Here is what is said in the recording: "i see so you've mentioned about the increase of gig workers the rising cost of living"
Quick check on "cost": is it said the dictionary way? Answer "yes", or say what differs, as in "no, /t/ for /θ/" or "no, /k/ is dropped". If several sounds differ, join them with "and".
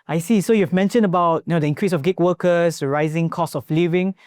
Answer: no, /t/ is dropped